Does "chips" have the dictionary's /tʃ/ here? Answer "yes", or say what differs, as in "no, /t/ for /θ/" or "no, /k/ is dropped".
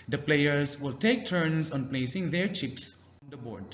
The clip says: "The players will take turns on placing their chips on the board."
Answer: yes